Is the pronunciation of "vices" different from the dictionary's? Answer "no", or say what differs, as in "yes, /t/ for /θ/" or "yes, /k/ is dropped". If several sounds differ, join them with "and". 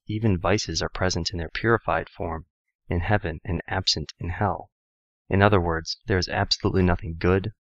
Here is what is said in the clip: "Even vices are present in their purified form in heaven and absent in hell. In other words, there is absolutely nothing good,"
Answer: no